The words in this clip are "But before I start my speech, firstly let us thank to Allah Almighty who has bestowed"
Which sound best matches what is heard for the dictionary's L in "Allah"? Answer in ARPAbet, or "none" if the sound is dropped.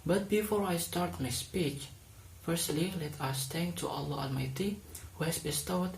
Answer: L